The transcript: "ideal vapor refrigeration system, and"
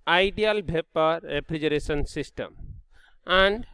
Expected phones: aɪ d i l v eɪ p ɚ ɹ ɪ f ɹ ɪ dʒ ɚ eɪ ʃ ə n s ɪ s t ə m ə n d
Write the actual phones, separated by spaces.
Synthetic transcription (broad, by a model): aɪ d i l b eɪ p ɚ ɹ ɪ p ɹ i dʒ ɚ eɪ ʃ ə n s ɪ s t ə m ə n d